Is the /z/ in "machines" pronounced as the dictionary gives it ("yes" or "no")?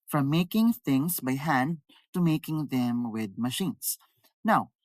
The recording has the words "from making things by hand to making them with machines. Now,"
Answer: no